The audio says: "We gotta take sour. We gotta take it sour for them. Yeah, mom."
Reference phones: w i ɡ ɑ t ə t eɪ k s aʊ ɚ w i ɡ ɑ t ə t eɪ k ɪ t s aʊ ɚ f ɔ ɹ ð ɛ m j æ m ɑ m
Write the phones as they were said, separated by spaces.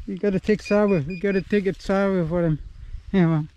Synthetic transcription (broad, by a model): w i ɡ ɑ t ə t eɪ k s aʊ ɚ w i ɡ ɑ t ə t eɪ k ɪ t s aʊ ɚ f ɔ ɹ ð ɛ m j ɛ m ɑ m